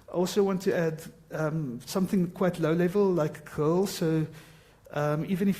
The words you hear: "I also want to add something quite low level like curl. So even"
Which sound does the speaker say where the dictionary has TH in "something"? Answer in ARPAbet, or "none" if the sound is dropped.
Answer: TH